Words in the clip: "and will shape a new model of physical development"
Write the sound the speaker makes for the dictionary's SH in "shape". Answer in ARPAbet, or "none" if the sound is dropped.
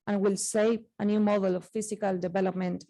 S